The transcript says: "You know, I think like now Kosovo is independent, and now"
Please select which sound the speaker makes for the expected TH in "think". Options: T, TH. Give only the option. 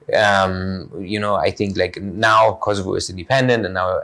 TH